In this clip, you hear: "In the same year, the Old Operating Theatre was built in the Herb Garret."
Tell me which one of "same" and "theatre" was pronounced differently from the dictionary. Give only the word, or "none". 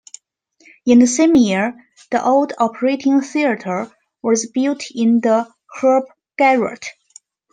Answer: none